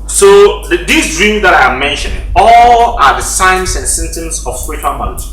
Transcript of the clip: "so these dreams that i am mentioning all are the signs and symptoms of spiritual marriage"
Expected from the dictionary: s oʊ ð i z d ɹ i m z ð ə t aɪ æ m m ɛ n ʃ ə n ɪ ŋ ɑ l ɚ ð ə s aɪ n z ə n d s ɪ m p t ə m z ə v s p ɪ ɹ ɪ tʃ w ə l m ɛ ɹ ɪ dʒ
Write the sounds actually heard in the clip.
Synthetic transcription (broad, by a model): s oʊ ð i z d ɹ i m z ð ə t aɪ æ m m ɛ n ʃ ə n ɪ ŋ ɑ l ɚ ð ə s aɪ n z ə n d s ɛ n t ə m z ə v s p ɪ ɹ ɪ tʃ w ə l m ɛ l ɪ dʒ